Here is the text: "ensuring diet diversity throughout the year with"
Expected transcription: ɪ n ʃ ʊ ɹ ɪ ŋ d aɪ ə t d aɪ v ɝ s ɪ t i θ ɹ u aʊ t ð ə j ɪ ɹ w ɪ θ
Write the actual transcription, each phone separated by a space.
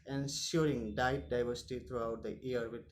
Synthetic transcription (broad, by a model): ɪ n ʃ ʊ ɹ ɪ ŋ d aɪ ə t d aɪ v ɝ s ɪ t i t ɹ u aʊ t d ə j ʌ ɹ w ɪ